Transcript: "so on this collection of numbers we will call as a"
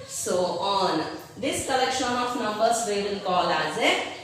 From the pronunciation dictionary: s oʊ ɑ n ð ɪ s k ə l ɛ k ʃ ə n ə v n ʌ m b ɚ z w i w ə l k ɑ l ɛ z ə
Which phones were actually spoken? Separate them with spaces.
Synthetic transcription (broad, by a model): s oʊ ɑ n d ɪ s k ə l ɛ k ʃ ə n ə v n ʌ m b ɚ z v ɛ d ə n k ɑ l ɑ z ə